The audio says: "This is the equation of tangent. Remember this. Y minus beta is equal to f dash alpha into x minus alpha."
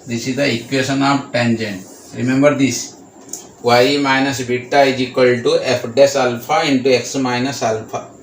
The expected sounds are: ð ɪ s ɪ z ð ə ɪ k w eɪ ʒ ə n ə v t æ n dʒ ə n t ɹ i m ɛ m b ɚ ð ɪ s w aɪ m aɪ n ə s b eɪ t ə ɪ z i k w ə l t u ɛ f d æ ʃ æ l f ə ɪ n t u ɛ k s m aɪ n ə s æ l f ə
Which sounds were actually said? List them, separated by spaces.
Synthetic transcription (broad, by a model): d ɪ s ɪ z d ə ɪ k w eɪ ʃ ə n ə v t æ n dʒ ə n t ɹ i m ɛ m b ɚ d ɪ s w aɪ m aɪ n ə s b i t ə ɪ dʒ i k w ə l t u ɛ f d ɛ s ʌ l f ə ɪ n t u ɛ k s m aɪ n ə s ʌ l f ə